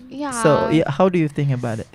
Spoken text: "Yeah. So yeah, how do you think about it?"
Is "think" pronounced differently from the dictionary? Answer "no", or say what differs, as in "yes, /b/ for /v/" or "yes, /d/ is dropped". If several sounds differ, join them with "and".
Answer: no